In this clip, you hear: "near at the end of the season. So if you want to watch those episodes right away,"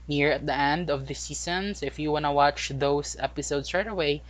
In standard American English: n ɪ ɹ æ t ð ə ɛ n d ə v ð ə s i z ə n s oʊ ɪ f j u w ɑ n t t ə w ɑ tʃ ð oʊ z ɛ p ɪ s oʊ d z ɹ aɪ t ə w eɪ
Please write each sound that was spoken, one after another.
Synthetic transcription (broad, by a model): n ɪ ɹ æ t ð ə ɛ n d ə v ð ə s i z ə n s ɪ f j u w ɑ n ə w ɑ tʃ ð oʊ s ɛ p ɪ s oʊ d s ɹ aɪ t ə w eɪ